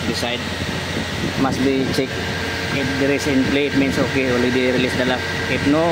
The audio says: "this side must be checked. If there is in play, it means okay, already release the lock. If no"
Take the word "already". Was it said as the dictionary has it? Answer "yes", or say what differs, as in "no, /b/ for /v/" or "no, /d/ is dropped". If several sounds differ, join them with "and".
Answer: no, /l/ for /ɹ/